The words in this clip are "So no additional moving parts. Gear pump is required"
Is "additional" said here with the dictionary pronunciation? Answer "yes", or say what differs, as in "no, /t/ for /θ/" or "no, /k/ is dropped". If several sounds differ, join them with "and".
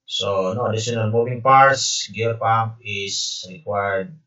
no, /n/ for /l/